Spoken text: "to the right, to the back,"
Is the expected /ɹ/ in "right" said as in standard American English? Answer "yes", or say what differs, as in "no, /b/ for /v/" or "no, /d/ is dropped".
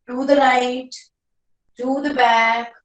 no, /l/ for /ɹ/